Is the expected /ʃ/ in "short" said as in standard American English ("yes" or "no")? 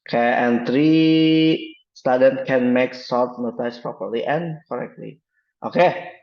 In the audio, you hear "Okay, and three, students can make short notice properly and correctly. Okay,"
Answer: no